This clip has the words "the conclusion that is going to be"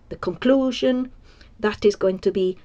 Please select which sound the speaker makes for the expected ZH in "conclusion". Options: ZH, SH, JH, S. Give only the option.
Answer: ZH